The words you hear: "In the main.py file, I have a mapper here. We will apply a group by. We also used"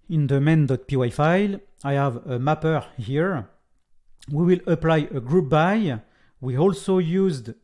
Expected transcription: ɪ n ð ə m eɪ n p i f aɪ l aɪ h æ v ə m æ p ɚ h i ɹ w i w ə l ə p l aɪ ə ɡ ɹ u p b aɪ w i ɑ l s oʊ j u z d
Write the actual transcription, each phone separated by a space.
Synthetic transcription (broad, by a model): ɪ n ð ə m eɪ n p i f aɪ l aɪ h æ v ə m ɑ p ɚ h i ɹ w i w ə l ə p l aɪ ə ɡ ɹ u p b aɪ w i ɑ l s oʊ j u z d